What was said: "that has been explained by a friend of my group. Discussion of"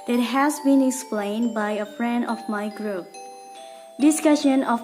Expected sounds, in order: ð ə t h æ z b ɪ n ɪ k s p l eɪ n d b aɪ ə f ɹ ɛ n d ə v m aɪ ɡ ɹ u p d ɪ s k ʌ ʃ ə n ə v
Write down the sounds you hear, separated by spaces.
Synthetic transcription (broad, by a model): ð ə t h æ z b ɪ n ɪ k s p l eɪ n d b aɪ ə f ɹ ɛ n d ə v m aɪ ɡ ɹ u p d ɪ s k ʌ ʃ ə n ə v